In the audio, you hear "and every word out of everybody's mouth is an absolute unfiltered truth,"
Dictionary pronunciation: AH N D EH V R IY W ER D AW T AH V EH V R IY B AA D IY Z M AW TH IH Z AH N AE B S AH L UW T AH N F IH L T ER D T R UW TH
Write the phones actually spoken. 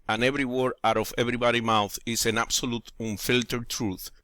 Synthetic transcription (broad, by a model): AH N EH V R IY W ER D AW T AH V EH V R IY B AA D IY M AW TH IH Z AH N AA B S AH L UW T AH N F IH L T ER T R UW TH